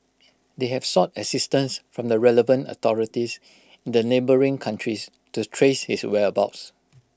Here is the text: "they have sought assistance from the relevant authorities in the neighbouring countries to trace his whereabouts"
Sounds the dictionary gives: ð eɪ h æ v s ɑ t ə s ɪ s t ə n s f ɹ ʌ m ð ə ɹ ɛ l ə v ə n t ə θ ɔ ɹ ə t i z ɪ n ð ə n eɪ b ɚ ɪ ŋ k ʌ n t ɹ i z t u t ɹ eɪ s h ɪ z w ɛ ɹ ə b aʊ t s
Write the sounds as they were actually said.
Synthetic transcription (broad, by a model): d eɪ h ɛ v s ɑ t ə s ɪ s t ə n s f ɹ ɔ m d ə ɹ ɛ l ə v ə n t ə t ɔ ɹ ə t i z ɪ n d ə n eɪ b ɚ ɪ ŋ k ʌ n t ɹ i s t u t ɹ eɪ s h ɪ s w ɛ ə b aʊ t s